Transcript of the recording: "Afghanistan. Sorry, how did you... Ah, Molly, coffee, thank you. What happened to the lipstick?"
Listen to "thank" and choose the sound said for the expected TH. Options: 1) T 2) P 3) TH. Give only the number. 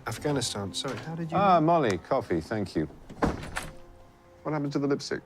3